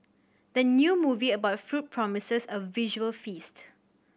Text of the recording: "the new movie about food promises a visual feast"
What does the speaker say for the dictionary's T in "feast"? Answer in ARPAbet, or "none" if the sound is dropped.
T